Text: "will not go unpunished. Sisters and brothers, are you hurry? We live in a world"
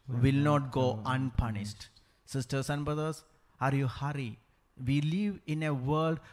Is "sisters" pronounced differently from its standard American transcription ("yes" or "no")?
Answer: yes